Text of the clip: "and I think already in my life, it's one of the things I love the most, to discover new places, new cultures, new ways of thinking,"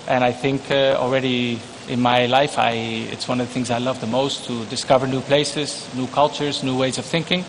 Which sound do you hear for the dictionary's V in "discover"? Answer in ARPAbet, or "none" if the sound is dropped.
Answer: V